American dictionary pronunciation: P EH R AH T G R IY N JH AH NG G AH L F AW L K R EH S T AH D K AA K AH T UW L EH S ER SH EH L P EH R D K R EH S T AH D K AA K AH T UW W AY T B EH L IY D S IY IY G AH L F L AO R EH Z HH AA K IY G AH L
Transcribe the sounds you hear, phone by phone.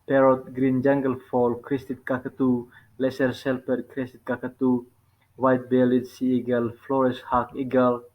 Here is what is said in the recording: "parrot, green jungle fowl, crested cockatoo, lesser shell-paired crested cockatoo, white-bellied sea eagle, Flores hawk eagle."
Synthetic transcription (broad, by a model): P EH R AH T G R IY N JH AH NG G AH L F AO L K R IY S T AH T K AA K AH T UW L EH S ER S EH L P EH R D K R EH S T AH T K AA K AH T UW W AY T B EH L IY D S IY IY G AH L F L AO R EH S HH AA K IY G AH L